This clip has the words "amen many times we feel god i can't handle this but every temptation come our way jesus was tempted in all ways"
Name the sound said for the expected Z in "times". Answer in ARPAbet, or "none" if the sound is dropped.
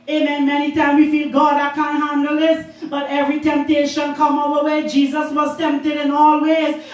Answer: none